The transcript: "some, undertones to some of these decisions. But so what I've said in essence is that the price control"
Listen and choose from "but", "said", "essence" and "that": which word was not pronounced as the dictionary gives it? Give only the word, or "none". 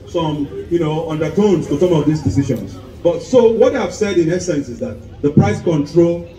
none